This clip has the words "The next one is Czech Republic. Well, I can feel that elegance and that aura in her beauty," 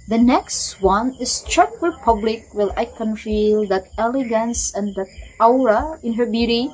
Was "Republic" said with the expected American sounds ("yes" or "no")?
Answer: no